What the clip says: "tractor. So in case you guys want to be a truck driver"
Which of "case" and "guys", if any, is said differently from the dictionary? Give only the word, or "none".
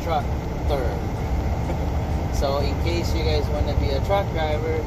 none